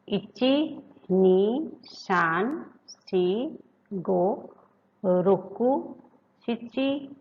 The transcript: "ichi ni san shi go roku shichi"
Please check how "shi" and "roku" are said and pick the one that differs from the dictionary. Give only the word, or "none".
shi